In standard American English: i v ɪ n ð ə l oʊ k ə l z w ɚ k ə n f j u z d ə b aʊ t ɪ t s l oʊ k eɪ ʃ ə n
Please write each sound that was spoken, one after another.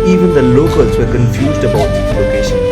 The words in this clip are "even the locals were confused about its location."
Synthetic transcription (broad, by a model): i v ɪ n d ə l oʊ k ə l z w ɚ k ə n f j u z d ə b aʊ ɪ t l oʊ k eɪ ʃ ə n